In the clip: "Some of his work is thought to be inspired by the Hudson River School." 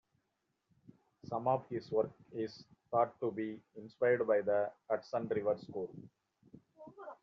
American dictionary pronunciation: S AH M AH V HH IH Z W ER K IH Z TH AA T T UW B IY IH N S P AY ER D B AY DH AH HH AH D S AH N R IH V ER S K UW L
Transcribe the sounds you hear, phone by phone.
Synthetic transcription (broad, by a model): S AH M AH V HH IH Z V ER K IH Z T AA T T UW B IY IH N S P AY ER D B AY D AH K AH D S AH N R IH V ER S K UW L